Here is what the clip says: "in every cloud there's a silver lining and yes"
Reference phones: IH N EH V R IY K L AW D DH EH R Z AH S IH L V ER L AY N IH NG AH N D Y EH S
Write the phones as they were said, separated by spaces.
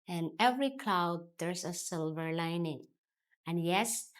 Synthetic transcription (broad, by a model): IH N EH V R IY K L AW D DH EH R S AH S IH L V ER L AY N IH NG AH N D Y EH S